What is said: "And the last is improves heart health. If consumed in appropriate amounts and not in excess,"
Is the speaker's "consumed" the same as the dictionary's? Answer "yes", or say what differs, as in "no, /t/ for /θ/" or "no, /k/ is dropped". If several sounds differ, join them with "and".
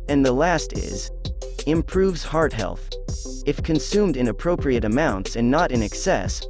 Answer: yes